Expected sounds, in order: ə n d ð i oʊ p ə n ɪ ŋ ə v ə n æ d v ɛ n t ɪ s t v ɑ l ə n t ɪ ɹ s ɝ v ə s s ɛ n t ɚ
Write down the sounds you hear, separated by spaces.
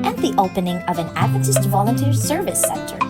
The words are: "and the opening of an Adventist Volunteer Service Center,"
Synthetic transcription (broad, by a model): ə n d ð i oʊ p ə n ɪ ŋ ə v ə n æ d ʌ t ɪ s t v ɑ l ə n t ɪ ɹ s ɝ v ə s s ɛ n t ɚ